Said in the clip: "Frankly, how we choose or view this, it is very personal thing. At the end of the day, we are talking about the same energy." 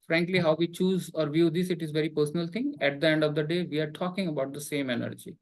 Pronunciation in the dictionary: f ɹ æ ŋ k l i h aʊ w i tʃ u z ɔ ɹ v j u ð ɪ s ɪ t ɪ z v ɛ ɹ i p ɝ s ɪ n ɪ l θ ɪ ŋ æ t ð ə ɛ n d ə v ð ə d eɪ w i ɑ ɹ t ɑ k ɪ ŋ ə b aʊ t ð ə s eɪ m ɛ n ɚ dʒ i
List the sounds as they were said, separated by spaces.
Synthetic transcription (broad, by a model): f ɹ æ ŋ k l i h aʊ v i tʃ u z ɔ ɹ v j u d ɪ s ɪ t ɪ z v ɛ ɹ i p ɝ s ɪ n ɪ l t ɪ ŋ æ t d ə ɛ n d ə v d ə d eɪ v i ɑ ɹ t ɑ k ɪ ŋ ə b aʊ t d ə s eɪ m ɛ n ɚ dʒ i